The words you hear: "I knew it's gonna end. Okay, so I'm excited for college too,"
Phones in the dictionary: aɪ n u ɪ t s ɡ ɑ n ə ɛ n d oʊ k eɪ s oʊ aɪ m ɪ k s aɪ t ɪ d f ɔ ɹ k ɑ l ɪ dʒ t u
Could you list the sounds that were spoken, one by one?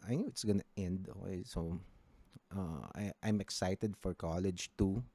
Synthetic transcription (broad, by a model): aɪ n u ɪ t s ɡ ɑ n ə ɛ n d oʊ eɪ s oʊ aɪ m ɪ k s aɪ t ɪ d f ɔ ɹ k ɑ l ɪ dʒ t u